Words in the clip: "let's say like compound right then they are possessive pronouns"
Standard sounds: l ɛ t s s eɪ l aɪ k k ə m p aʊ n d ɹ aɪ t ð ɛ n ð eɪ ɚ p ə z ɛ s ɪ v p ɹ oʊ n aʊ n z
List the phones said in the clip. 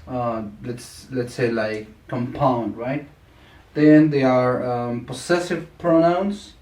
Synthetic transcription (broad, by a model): l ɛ t s s eɪ l aɪ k k ə m p aʊ n d ɹ aɪ t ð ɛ n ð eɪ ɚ p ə s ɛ s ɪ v p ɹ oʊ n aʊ n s